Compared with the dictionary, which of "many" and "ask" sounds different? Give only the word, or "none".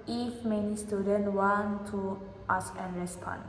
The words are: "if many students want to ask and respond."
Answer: ask